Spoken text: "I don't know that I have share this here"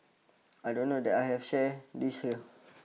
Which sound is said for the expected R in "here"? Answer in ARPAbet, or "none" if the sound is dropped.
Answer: L